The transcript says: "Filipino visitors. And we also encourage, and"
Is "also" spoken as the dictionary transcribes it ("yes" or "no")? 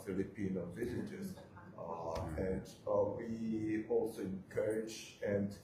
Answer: yes